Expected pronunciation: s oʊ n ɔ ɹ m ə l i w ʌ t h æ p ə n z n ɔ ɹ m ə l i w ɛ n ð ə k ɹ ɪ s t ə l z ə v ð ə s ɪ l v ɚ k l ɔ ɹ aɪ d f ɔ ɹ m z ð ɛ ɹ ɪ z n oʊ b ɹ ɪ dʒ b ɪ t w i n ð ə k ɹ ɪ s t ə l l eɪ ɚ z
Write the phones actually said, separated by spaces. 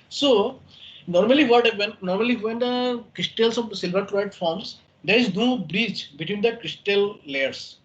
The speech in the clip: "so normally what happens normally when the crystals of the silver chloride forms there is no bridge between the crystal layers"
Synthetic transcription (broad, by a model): s oʊ n ɔ ɹ m ə l i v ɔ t h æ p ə n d n ɔ ɹ m ə l i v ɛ n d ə k ɹ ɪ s t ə l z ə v s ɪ l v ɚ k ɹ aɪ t f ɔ ɹ m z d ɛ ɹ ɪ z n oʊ b ɹ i tʃ b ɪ t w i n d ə k ɹ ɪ s t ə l l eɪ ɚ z